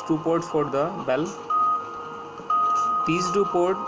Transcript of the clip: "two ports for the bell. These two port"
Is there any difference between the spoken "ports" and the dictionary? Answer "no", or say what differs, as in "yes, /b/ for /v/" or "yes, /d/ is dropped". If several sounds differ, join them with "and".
yes, /s/ is dropped